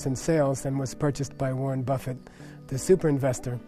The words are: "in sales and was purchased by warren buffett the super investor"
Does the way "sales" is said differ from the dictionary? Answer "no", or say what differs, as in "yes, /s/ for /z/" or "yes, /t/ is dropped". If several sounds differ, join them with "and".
no